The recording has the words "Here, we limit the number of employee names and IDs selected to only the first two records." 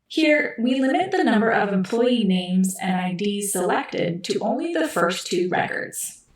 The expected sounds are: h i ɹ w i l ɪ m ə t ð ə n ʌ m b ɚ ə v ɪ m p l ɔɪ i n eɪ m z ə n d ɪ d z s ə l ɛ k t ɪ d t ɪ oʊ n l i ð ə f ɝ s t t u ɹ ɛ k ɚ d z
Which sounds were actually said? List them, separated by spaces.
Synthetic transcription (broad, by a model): h i ɹ w i l ɪ m ə t ð ə n ʌ m b ɚ ə v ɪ m p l ɔɪ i n eɪ m z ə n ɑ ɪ d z s ə l ɛ k t ɪ d t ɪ oʊ n l i ð ə f ɝ s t t u ɹ ɛ k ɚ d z